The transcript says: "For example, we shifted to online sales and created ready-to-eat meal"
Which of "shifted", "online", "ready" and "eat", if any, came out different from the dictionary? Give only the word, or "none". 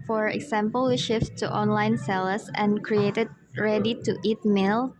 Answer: none